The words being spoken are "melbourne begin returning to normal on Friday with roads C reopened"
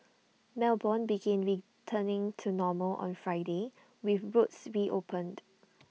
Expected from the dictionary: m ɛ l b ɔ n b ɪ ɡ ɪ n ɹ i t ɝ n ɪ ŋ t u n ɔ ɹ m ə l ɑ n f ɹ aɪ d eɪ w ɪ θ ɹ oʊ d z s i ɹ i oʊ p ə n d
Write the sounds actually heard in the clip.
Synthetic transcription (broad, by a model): m ɛ l b ɔ n b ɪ ɡ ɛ n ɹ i t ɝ n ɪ ŋ t u n ɔ m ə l ɑ n f ɹ aɪ d eɪ w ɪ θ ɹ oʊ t s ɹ i oʊ p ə n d